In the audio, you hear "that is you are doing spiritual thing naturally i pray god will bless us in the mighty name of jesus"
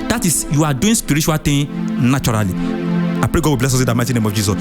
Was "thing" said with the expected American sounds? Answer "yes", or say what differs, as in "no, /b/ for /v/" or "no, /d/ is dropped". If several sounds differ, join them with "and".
no, /t/ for /θ/